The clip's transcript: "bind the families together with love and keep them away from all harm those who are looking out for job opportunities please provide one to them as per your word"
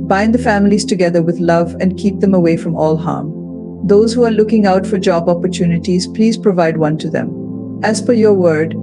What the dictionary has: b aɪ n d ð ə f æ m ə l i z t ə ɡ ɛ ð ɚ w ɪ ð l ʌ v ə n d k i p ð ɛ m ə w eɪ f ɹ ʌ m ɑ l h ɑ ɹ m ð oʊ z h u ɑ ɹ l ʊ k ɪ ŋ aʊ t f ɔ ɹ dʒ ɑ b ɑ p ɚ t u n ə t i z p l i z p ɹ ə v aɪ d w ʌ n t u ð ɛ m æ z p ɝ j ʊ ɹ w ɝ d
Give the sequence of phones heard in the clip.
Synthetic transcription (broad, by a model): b aɪ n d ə f æ m ə l i z t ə ɡ ɛ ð ɚ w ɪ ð l ʌ v ə n d k i p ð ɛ m ə w eɪ f ɹ ʌ m ɑ l h ɑ ɹ m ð oʊ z h u ɑ ɹ l ʊ k ɪ ŋ aʊ t f ɔ ɹ dʒ ɑ b ɑ p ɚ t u n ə t i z p l i z p ɹ ə v aɪ d w ʌ n t u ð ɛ m æ z f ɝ j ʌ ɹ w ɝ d